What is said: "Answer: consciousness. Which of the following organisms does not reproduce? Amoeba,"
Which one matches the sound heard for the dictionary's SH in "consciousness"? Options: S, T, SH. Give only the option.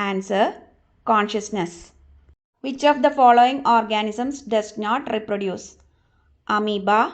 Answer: SH